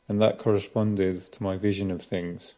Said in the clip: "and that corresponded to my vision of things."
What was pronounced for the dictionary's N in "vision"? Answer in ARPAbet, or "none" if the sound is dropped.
N